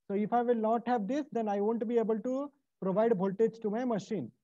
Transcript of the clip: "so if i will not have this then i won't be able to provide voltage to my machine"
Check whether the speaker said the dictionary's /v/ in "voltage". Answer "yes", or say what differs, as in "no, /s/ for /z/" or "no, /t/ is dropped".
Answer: no, /b/ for /v/